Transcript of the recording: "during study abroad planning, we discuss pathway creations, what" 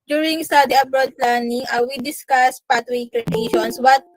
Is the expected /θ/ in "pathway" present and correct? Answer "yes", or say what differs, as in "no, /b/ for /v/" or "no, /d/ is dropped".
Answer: no, /t/ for /θ/